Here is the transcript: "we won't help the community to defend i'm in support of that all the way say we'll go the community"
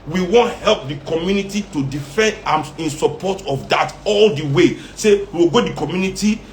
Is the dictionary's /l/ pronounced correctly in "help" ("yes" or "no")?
yes